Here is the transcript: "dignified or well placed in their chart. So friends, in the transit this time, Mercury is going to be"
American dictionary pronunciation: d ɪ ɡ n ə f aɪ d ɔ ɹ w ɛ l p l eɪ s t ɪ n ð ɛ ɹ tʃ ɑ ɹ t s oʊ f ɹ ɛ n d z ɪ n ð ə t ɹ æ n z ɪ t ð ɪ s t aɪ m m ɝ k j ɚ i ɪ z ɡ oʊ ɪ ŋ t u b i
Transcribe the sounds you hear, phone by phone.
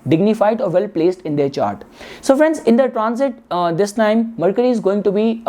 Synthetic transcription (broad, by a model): d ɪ ɡ n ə f aɪ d ɔ ɹ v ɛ l p l eɪ s t ɪ n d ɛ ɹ tʃ ɑ ɹ t s oʊ f ɹ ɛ n d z ɪ n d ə t ɹ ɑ n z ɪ t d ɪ s t aɪ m m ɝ k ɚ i ɪ z ɡ oʊ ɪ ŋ t u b i